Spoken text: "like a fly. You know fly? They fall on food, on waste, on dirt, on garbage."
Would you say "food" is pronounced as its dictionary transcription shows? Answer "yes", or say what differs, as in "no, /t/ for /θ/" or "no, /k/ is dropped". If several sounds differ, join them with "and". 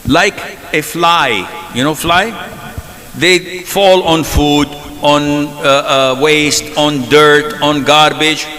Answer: yes